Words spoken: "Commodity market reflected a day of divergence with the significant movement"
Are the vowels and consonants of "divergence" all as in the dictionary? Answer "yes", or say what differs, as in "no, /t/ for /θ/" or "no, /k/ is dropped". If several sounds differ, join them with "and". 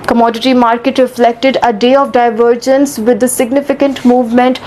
yes